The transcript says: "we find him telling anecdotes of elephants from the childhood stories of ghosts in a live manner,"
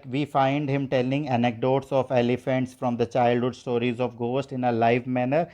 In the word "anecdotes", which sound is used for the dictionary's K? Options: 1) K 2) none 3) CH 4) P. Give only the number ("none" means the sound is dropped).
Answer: 1